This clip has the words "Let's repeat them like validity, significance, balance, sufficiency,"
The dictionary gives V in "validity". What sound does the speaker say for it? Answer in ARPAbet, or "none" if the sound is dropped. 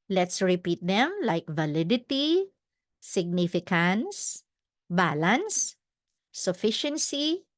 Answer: V